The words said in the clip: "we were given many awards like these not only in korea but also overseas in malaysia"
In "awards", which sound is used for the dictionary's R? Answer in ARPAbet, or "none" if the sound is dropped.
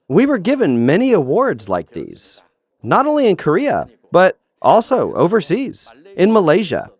R